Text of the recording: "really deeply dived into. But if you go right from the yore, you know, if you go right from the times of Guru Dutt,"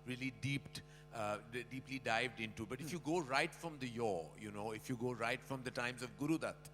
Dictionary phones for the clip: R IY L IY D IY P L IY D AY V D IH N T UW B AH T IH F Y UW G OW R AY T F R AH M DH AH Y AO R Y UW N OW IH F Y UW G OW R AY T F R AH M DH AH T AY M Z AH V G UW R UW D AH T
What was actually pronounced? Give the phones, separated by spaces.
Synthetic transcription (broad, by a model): R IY L IY D IY P L IY D AY V D IH N T UW B AH T IH F Y UW G OW R AY T F R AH M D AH Y AO Y UW N OW IH F Y UW G OW R AY T F R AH M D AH T AY M Z AH V G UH R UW D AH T